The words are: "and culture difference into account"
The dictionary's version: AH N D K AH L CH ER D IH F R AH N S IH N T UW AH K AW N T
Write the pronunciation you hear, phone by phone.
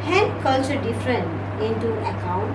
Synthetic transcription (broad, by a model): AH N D K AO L S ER D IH F R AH N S IH N T UW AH K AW N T